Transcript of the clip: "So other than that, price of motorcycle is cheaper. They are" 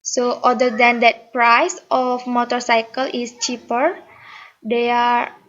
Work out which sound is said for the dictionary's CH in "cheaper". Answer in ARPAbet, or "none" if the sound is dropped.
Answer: CH